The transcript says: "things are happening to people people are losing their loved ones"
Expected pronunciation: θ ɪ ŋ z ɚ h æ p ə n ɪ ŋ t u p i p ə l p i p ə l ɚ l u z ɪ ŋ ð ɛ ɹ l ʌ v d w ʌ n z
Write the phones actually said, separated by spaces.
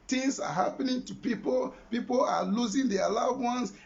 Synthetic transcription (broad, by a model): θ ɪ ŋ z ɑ h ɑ p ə n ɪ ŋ t u p i p ə l p i p ə l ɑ l u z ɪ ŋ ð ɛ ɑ l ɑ d w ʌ n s